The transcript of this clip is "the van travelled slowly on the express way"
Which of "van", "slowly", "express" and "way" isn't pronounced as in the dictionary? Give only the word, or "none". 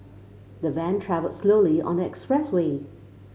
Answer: none